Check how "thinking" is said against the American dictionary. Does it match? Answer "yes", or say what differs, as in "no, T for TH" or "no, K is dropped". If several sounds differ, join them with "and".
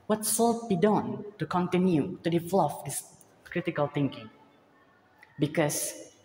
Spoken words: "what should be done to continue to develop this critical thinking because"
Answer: no, T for TH